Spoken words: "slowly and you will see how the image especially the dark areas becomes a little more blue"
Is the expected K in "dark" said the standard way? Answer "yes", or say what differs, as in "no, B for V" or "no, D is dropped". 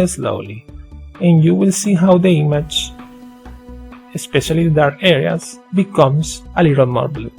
no, K is dropped